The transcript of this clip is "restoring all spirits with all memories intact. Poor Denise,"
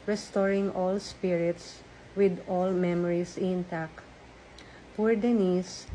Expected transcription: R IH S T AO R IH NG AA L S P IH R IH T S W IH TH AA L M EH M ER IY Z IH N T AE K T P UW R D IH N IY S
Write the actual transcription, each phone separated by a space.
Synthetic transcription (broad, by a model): R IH S T AO R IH NG AA L S P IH R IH T S W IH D AA L M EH M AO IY S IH N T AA K P UW R D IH N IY S